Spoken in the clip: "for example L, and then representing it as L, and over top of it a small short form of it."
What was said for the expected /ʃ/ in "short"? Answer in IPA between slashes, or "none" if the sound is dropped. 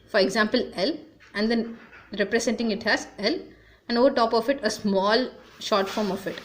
/ʃ/